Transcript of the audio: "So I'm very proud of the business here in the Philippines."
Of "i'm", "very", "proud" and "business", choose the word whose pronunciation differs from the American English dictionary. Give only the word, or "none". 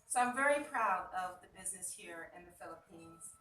none